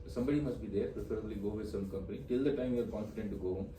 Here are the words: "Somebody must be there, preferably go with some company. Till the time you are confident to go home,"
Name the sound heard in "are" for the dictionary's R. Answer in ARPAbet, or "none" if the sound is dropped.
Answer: L